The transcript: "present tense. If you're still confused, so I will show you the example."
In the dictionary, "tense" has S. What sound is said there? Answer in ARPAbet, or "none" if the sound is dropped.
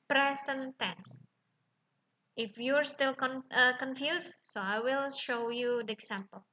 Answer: S